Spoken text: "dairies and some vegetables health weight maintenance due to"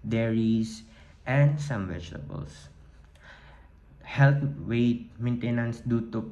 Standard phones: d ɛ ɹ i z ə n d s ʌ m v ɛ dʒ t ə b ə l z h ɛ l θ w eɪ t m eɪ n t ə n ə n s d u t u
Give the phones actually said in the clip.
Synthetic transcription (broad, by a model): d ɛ ɹ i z ə n d s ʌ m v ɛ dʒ t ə b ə l s h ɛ l t w eɪ t m eɪ n t ə n ə n s d u t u